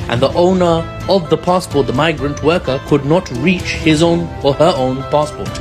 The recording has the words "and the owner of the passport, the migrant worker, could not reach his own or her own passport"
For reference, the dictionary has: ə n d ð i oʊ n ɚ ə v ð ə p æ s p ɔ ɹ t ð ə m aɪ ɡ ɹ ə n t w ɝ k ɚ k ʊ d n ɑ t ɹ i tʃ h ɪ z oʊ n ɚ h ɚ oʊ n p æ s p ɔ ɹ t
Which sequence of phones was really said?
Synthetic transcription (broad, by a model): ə n ð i oʊ n ɚ ə v ð ə p æ s p ɔ ɹ t ð ə m aɪ ɡ ɹ ə n t w ɝ k ɚ k ʊ d n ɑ t ɹ i tʃ h ɪ z oʊ n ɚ ɚ oʊ n p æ s p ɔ ɹ t